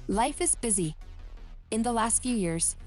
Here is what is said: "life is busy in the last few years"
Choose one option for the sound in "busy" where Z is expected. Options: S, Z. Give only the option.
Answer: Z